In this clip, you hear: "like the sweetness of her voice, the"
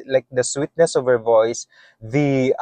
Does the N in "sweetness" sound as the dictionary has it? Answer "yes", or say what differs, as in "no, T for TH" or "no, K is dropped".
yes